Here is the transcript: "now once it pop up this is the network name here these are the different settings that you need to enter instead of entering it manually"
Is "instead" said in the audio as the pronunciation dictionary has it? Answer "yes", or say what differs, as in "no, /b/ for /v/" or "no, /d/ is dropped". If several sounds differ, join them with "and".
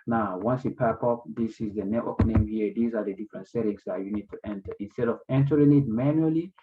yes